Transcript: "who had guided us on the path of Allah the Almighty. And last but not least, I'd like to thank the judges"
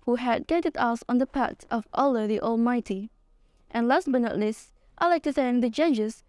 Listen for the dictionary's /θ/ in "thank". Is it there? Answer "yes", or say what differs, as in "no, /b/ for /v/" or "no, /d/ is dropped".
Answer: no, /s/ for /θ/